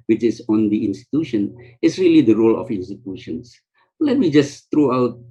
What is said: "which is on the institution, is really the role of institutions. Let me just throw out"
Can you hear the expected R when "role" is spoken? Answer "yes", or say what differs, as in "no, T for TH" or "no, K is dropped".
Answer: yes